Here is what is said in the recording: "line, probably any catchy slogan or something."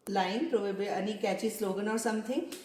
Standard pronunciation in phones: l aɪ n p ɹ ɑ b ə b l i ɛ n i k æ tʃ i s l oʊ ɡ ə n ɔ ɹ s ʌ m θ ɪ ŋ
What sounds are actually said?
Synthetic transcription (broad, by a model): l aɪ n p ɹ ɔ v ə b i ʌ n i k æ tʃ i s l oʊ ɡ ə n ɔ ɹ s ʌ m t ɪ ŋ